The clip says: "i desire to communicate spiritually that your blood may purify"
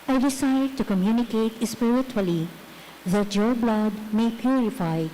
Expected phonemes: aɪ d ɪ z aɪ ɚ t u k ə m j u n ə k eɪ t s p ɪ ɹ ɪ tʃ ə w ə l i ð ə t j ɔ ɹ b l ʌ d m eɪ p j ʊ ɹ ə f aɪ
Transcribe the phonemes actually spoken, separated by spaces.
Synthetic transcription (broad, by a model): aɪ d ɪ s aɪ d t u k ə m j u n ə k eɪ t s p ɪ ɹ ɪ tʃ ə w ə l i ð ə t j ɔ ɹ b l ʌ d m eɪ p j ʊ ɹ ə f aɪ